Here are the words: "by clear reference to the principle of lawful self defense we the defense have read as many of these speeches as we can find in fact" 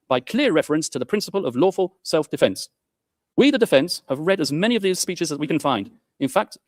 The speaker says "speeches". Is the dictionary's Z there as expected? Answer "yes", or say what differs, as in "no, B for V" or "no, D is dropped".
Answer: yes